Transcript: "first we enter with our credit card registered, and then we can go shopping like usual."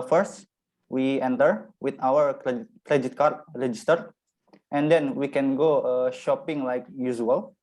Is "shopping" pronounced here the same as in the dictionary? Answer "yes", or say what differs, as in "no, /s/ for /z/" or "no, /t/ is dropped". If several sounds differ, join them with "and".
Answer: yes